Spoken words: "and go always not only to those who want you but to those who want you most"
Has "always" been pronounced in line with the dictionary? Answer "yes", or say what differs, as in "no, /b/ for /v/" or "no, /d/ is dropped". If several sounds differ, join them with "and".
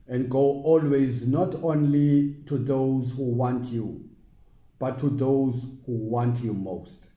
yes